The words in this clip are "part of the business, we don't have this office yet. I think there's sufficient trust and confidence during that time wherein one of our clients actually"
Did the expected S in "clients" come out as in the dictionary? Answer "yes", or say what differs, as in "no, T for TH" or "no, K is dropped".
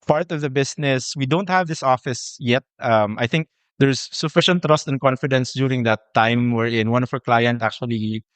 no, S is dropped